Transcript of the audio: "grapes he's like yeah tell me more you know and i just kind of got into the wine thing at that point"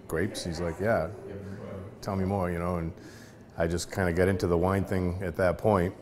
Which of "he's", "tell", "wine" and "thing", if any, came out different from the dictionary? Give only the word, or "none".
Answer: none